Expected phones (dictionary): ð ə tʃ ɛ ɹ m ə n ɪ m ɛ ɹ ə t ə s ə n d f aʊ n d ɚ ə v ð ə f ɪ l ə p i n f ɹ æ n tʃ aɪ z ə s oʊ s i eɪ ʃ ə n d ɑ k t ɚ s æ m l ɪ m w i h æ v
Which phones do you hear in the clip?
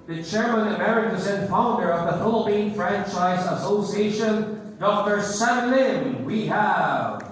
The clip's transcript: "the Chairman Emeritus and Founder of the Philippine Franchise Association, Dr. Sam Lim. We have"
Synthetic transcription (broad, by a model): ð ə tʃ ɛ ɹ m ə n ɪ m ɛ ɹ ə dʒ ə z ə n f aʊ n d ɚ ə v ð ə f ɪ l ə p i n f ɹ æ n tʃ aɪ z ə s oʊ s i eɪ ʃ ə n d ɑ k t ɚ s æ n l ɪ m w i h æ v